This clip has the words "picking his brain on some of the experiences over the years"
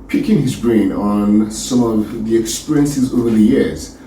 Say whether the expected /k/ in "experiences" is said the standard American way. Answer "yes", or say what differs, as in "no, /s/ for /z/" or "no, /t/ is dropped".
yes